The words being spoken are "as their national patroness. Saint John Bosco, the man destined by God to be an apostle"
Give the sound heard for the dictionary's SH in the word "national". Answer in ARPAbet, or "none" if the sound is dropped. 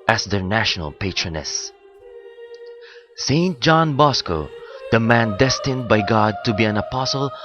SH